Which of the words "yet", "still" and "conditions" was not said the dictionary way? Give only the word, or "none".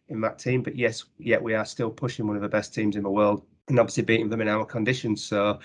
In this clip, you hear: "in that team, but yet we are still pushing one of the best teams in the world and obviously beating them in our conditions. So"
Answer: none